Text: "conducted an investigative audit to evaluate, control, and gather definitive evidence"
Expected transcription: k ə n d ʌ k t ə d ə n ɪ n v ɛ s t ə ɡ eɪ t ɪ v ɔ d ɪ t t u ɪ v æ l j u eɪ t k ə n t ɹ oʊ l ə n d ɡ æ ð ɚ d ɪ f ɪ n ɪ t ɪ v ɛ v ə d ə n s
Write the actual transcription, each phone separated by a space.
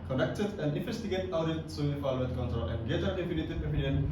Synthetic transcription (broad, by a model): k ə n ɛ k t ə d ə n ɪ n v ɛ s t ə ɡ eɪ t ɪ ʊ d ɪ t s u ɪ f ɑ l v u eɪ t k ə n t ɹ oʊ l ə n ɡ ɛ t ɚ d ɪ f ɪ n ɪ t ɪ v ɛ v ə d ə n